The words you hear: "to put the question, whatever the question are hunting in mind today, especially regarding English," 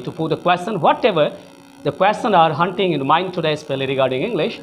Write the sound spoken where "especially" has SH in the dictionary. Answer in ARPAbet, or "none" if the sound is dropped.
none